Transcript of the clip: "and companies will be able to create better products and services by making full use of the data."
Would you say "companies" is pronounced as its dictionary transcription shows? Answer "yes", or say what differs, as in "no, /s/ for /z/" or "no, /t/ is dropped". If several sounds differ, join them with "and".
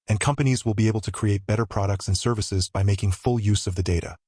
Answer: yes